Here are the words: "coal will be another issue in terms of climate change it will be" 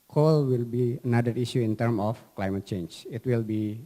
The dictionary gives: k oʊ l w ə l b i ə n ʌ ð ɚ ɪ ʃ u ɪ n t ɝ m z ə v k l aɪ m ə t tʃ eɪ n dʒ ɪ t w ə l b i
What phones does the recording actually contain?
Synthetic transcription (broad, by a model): k oʊ l w ə l b i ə n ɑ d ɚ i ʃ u ɪ n t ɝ m ə f k l aɪ m ə t tʃ eɪ n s ɪ t w ə l b i